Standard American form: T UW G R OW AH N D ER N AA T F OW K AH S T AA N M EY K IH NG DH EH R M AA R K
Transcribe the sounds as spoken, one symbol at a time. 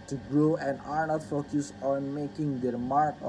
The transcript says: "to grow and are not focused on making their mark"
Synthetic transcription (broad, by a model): T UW G R OW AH N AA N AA F OW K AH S AA N M EY K IH NG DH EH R M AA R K